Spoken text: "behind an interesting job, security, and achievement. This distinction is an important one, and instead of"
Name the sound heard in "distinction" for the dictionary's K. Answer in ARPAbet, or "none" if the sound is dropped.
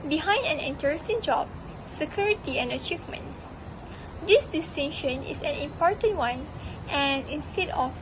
none